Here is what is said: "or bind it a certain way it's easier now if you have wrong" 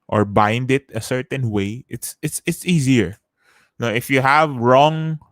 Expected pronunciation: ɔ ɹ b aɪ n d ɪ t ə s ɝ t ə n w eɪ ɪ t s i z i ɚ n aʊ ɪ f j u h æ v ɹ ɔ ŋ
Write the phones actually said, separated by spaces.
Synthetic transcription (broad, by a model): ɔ ɹ b aɪ n d ɪ t ə s ɝ t ə n w eɪ ɪ t s i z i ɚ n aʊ ɪ f j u h æ v ɹ ɔ ŋ